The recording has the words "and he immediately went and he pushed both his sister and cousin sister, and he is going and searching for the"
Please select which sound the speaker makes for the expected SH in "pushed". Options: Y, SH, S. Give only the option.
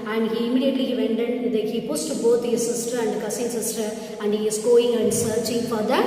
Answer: S